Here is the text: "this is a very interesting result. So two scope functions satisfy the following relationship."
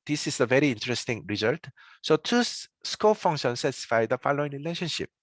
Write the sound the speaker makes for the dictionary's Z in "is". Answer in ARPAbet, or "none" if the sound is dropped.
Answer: S